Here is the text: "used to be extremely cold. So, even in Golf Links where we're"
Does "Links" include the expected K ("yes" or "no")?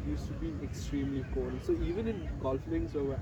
no